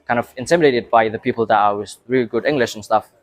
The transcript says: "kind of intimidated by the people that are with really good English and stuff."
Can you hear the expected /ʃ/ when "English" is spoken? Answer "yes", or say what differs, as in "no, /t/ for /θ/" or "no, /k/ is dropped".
yes